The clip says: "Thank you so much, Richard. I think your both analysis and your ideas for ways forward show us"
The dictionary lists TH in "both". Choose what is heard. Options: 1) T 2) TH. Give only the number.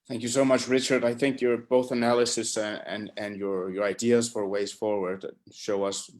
2